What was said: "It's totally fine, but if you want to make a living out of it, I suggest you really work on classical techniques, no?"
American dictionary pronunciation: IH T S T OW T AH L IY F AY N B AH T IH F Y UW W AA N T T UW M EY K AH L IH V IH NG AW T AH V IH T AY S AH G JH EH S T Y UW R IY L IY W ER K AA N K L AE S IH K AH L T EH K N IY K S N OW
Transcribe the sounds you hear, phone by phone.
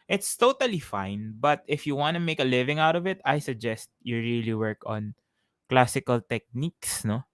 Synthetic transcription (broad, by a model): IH T S T OW T AH L IY F AY N B AH T IH F Y UW W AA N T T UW M EY K AH L IH V IH NG AW T AH V IH T AY S AH G JH EH S T Y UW R IY L IY W ER K AA N K L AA S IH K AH L T EH K N IY K S N OW